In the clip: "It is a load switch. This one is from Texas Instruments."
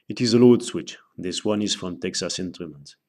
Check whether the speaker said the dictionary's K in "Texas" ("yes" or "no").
yes